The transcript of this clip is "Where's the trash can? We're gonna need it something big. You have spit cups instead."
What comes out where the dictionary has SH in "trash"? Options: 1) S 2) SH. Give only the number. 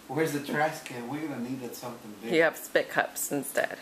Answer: 1